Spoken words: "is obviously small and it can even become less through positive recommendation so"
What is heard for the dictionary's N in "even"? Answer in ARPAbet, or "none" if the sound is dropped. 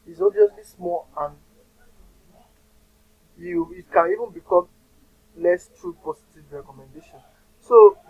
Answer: N